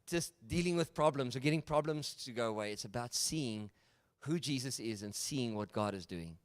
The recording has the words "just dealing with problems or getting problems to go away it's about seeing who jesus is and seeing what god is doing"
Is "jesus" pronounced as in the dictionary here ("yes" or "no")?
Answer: yes